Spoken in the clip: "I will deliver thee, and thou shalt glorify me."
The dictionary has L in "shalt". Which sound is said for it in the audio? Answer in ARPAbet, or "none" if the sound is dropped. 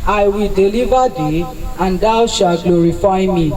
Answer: none